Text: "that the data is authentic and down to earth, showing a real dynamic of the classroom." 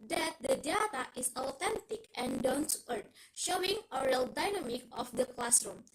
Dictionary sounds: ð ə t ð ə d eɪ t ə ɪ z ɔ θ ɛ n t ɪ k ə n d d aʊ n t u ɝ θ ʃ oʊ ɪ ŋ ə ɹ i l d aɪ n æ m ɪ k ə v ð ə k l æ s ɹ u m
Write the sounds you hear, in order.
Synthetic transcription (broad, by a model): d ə t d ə d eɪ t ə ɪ s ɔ t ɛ n t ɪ k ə n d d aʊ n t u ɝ t ʃ oʊ ɪ ŋ ə ɹ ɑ l d aɪ n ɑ m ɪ k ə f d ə k l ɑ s ɹ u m